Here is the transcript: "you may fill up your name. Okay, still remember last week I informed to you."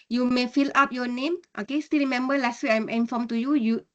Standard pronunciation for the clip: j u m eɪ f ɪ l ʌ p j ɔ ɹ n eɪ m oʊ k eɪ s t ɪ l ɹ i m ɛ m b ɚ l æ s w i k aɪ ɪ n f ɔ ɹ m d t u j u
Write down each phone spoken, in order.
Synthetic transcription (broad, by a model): j u m eɪ f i l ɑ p j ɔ n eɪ m oʊ k eɪ s t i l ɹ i m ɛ m b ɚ l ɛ s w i aɪ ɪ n f ɔ m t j u j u